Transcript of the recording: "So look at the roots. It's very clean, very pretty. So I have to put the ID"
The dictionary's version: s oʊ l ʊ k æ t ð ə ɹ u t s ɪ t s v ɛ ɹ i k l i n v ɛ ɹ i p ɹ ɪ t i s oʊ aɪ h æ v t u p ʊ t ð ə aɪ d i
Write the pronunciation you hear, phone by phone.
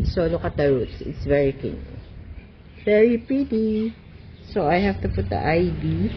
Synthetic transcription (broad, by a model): s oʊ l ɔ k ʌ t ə ɹ u t s ɪ t s v ɛ ɹ i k i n v ɛ ɹ i p ɹ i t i s oʊ aɪ h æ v t u p ʊ t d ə aɪ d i